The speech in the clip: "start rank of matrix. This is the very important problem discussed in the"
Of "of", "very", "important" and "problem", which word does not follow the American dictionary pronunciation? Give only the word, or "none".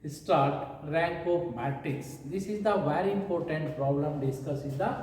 of